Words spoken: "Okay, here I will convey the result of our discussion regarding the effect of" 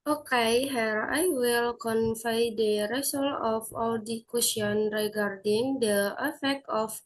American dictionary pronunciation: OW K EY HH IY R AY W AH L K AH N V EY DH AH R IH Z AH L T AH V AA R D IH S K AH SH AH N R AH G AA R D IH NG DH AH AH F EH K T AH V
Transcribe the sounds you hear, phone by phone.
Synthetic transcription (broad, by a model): OW K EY HH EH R AY W AH L K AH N F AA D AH R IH S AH L AH F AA L D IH K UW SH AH N R AH G AA R D IH NG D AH AH F EH K T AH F